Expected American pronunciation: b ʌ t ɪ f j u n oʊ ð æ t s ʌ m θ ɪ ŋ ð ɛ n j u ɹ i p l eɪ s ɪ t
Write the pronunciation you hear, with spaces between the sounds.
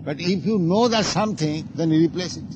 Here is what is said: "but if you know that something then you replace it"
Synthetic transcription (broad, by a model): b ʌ t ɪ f j u n oʊ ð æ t s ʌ m t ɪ ŋ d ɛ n ɹ i p l eɪ s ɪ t